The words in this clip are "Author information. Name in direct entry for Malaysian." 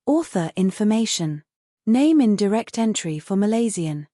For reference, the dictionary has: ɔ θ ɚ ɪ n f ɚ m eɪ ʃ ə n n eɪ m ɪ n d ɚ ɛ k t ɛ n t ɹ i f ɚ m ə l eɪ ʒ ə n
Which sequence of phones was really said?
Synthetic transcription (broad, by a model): ɔ θ ɚ ɪ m f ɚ m eɪ ʃ ə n n eɪ m ɪ n d ɚ ɛ k t ɛ n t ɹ i f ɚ m ə l eɪ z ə n